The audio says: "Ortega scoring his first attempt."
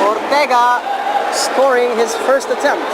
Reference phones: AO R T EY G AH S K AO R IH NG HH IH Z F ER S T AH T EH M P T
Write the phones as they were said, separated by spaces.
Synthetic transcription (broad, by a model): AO R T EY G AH S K AO R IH NG HH IH Z F ER S T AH T EH M P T